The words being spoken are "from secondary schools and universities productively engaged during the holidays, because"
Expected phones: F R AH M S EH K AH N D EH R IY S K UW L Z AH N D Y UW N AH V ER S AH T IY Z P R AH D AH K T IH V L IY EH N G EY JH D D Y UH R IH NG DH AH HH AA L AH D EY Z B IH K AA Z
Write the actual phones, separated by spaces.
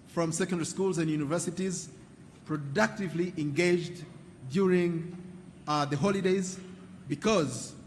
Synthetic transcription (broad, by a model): F R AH M S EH K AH N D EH R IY S K UW L Z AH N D Y UW N AH V ER S AH T IY Z P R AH D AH K T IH V L IY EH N G EY JH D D Y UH R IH NG DH AH HH AA L AH D EY Z B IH K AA Z